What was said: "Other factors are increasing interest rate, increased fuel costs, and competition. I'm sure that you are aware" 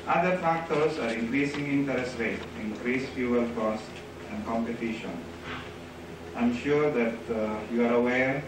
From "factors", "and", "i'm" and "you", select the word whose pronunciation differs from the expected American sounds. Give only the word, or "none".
factors